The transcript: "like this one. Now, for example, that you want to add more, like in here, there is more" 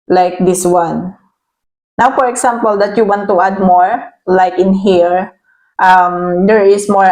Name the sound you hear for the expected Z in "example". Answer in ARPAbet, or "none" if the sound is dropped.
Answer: S